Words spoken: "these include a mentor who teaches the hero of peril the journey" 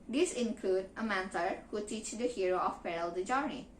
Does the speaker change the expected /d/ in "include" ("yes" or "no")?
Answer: no